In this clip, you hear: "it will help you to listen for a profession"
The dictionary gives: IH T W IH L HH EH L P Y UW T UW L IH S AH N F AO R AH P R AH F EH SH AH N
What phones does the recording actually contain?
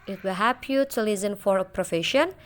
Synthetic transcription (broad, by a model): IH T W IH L HH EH P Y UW T UW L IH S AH N F AO R AH P R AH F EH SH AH N